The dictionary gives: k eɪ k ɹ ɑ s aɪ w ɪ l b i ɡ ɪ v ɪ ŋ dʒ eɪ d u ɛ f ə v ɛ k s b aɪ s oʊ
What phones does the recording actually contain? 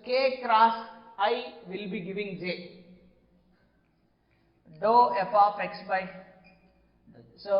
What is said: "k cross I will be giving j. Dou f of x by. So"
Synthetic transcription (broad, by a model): k eɪ k ɹ ɑ s aɪ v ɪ l b i ɡ ɪ v ɪ ŋ dʒ eɪ d u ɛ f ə p ɛ k s b aɪ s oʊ